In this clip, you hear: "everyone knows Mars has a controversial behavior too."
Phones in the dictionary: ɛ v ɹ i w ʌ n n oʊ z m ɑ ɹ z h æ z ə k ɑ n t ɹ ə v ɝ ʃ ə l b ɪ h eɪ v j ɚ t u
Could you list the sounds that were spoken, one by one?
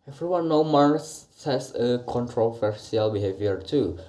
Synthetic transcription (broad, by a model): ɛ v ɹ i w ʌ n n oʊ m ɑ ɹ s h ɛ s ə k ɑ n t ɹ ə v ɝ s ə l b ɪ h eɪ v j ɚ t u